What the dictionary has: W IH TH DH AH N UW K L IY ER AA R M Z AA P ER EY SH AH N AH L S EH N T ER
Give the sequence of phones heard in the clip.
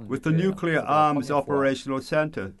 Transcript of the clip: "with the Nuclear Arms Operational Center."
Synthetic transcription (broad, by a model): W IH DH AH N UW K L IY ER AA R M Z AA P ER EY SH AH N AH L S EH N T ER